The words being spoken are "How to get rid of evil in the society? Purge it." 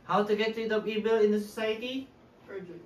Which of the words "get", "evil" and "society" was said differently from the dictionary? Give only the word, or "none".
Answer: evil